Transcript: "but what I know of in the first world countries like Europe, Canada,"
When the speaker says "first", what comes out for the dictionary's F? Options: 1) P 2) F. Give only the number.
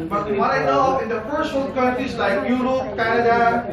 1